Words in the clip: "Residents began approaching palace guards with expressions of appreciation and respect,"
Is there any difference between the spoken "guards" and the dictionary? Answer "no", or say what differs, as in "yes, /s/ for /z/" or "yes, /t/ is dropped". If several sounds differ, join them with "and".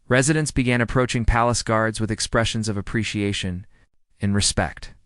no